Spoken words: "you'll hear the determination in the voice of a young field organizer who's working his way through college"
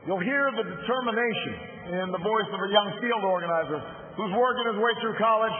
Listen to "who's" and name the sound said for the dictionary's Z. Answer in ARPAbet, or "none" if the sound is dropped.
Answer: Z